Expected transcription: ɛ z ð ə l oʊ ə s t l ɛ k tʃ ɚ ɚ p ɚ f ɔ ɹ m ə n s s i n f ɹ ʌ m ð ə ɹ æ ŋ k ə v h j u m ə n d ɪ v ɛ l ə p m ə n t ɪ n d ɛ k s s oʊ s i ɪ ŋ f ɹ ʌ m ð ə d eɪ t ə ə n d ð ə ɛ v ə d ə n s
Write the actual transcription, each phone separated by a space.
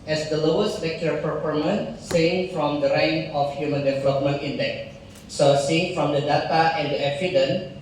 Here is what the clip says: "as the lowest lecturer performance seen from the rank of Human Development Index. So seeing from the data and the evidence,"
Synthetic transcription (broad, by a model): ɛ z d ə l oʊ ə s t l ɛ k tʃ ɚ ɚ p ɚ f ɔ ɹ m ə n s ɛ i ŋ f ɹ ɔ m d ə ɹ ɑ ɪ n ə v h j u m ə n d ɪ v ɛ l ə p m ə n t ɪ n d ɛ k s s oʊ s i ɪ ŋ f ɹ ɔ m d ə d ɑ t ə ə n d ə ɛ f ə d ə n